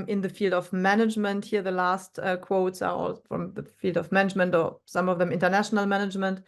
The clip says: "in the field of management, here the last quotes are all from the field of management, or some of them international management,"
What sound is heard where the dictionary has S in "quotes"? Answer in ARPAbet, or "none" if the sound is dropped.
S